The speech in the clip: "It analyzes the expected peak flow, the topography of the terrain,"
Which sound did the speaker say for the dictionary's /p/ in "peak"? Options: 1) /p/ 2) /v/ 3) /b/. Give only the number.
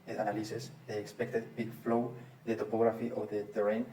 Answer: 3